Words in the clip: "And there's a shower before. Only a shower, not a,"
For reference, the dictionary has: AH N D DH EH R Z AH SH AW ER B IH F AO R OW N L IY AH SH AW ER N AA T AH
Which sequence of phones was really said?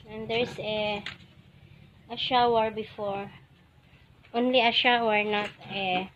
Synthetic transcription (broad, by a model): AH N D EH R S AH SH AW ER B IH F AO R OW N L IY AH SH AW ER N AA T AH